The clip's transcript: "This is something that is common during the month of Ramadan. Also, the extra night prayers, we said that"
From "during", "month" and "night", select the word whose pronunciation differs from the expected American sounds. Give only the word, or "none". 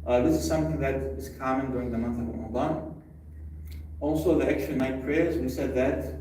none